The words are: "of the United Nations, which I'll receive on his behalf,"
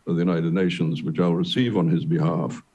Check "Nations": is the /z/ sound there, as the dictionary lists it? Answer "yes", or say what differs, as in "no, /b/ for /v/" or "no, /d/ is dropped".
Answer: yes